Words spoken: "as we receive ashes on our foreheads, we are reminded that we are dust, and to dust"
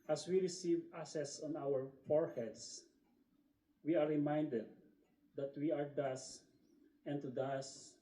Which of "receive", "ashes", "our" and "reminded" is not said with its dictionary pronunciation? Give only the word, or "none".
ashes